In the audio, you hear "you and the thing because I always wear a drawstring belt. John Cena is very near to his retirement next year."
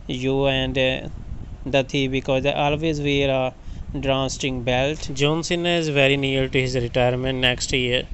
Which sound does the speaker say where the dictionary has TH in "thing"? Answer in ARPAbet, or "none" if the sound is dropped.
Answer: T